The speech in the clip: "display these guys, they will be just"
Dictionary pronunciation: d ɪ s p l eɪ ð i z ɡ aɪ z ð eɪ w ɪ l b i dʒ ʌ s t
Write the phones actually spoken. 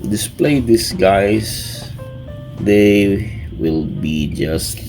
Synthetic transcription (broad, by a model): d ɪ s p l eɪ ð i s ɡ aɪ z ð eɪ w ɪ l b i dʒ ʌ s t